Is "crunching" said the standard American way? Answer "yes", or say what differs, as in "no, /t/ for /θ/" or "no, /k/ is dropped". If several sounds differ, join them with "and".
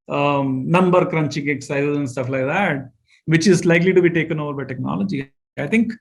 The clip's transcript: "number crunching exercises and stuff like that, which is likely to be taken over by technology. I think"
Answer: yes